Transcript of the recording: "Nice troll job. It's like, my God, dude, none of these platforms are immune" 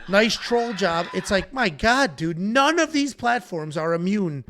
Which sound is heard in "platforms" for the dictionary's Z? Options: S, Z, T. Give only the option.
Z